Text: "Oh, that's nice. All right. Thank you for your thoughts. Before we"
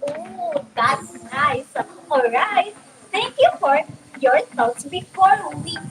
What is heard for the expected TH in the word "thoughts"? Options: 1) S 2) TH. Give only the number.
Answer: 1